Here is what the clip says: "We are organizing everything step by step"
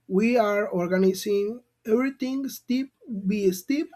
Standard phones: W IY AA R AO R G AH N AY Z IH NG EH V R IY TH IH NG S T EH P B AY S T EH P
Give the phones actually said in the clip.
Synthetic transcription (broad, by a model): W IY AA R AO R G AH N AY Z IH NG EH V R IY T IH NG S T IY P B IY S T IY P